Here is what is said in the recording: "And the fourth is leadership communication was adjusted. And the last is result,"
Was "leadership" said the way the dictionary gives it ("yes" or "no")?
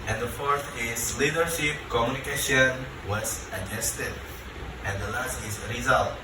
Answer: yes